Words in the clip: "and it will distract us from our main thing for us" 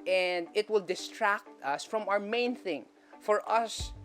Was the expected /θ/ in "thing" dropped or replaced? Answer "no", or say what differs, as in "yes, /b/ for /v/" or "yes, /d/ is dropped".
no